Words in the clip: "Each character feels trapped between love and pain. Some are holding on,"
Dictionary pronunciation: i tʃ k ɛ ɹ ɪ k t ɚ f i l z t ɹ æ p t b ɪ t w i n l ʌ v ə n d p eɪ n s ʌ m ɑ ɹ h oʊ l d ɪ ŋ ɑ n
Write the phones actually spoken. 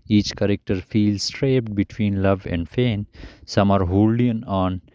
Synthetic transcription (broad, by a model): i tʃ k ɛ ɹ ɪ k t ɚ f i l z t ɹ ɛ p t b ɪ t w i n l ʌ v ə n d f eɪ n s ʌ m ɑ ɹ h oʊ l d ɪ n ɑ n